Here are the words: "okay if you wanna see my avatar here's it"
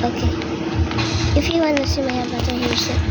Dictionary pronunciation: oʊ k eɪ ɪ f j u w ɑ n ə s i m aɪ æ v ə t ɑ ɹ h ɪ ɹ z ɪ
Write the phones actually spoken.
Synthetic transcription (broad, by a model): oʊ k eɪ ɪ f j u w ɑ n ə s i m aɪ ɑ b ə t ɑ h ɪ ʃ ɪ